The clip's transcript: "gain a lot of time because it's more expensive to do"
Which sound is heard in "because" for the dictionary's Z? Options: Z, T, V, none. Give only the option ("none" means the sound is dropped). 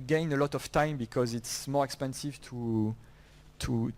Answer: Z